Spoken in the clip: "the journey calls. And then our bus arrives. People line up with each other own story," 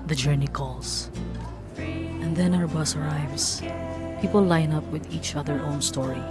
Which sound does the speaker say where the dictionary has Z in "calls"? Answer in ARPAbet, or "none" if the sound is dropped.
S